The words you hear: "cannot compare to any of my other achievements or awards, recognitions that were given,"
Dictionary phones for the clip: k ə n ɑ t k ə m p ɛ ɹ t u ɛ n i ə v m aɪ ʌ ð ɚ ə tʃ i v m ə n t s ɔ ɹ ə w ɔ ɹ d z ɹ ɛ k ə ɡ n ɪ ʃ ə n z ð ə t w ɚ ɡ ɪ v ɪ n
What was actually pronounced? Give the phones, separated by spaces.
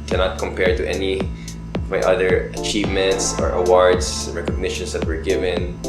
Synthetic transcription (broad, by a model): k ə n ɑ t k ə m p ɛ ɹ t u ɛ n i ə v m aɪ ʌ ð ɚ ə tʃ i v m ə n t s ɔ ɹ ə w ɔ ɹ d s ɹ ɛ k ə ɡ n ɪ ʃ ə n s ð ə t w ɚ ɡ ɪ v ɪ n